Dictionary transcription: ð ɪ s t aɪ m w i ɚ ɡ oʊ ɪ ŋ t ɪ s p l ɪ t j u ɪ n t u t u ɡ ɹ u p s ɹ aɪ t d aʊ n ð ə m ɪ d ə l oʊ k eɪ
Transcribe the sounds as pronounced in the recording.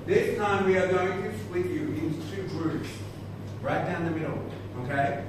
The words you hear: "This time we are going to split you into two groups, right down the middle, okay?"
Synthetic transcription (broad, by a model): ð ɪ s t aɪ m w i ɚ ɡ oʊ ɪ ŋ t ɪ s l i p j u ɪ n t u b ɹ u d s ɹ aɪ t d aʊ n ð ə m ɪ d l oʊ k eɪ